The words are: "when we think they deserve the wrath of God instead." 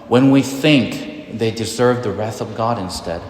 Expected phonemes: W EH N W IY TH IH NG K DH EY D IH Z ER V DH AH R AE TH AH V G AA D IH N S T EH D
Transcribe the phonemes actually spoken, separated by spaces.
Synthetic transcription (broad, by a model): W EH N W IY TH IH NG K DH EY D IH Z ER V DH AH R AE TH AH V G AA D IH N S T EH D